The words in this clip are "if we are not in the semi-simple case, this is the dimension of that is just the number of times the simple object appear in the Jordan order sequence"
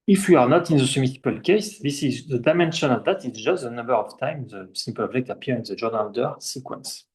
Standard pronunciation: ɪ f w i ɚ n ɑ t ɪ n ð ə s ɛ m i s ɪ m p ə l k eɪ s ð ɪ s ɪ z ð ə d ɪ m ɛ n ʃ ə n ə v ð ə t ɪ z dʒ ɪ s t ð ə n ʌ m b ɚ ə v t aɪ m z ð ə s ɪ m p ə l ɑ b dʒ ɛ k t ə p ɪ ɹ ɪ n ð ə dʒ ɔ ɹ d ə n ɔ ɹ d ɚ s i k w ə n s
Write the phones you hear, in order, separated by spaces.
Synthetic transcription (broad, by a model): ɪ f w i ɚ n ɑ t ɪ n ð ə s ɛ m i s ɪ p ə l k eɪ s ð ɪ s ɪ z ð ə d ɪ m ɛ n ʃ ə n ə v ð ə t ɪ s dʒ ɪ s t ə n ʌ m b ɚ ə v t aɪ m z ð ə s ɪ m p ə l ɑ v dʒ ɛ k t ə p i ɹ ɪ n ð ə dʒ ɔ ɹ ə n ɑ l d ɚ s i k w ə n s